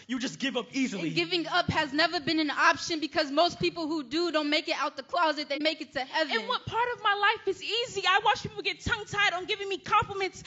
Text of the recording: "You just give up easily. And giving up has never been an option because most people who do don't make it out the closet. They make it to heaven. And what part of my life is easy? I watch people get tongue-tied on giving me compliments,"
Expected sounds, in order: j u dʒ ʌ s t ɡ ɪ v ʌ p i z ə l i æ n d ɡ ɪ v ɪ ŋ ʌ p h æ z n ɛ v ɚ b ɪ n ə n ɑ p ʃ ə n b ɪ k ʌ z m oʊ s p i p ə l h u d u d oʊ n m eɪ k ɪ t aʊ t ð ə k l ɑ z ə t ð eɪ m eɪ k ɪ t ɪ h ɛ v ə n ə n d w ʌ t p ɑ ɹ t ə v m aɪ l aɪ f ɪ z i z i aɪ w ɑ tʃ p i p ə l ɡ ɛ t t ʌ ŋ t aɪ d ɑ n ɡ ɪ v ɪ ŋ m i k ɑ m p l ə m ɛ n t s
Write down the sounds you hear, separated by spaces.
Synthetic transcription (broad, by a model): j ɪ dʒ ʌ s ɡ ɪ v ʌ p i z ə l i ɡ ɪ v ɪ ŋ ʌ p h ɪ z n ɛ v ɚ b ɪ n ə n ɑ p ʃ ə n b ɪ k ʌ z m oʊ s p i p l h u d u d oʊ n m eɪ k ɪ t aʊ t ð ə k l ɑ z ə t ð eɪ m eɪ k ɪ t ɪ h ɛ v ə ə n w ʌ t p ɑ ɹ t ə v m aɪ l aɪ f ɪ z i z i aɪ w ɑ tʃ p i p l ɡ ɛ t t ʌ ŋ t aɪ d n ɡ ɪ v ɪ ŋ m i k ɑ m p l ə m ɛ n t s